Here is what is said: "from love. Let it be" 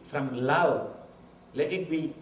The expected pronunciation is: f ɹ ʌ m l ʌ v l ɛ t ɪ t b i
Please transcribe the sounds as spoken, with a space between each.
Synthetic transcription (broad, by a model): f ɹ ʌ m l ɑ w l ɛ t ɪ t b i